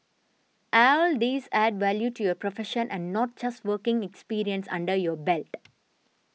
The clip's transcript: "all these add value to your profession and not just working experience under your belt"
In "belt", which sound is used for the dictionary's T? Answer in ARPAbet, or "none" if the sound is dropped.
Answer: T